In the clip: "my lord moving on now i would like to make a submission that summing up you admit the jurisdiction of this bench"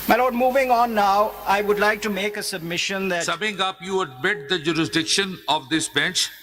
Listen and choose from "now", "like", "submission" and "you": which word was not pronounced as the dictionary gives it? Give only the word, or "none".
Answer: none